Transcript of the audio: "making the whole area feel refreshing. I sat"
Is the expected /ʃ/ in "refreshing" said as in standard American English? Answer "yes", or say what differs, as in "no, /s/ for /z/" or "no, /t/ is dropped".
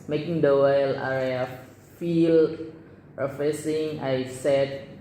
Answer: no, /s/ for /ʃ/